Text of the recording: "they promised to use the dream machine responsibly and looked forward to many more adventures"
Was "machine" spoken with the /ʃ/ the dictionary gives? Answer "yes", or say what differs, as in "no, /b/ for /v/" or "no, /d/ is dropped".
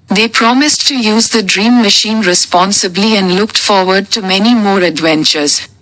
yes